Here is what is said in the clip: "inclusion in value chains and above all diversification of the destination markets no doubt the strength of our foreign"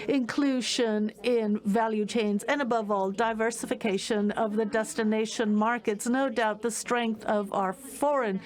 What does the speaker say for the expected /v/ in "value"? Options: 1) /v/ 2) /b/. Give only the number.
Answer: 1